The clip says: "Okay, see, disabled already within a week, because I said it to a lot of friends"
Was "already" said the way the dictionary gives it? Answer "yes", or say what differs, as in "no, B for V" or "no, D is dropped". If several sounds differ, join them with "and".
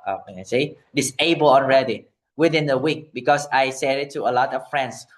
no, N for L